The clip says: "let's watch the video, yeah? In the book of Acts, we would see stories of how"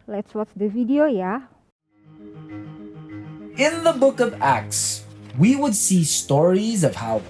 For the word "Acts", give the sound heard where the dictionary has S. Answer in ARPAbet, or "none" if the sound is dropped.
S